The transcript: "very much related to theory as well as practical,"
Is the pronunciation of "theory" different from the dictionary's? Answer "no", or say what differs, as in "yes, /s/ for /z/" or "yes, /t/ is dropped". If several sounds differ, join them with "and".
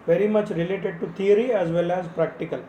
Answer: yes, /t/ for /θ/